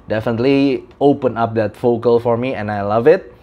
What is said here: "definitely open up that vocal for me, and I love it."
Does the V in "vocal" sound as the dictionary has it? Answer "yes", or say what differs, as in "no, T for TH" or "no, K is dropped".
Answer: no, F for V